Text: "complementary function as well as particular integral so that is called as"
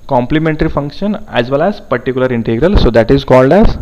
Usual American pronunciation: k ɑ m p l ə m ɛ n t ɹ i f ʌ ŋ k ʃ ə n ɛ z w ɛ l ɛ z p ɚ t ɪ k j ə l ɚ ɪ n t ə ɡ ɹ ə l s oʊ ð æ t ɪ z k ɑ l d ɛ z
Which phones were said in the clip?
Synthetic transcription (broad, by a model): k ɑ m p l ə m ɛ n t ɹ i f ʌ ŋ k ʃ ə n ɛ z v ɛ l ɛ z p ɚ t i k j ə l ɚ ɪ n t ə ɡ ɹ ə l s oʊ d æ t ɪ z k ɑ l d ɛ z